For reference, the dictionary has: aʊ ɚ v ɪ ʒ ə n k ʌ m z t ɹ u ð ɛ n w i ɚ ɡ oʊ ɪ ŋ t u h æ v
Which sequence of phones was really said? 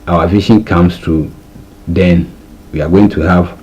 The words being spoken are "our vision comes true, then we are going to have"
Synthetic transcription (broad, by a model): aʊ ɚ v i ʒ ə n k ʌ m s t u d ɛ n w i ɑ ɡ oʊ ɪ ŋ t u h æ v